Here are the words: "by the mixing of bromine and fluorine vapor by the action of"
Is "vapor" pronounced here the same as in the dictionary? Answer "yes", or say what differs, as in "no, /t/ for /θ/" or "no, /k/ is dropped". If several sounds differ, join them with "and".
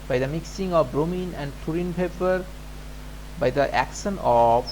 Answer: no, /p/ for /v/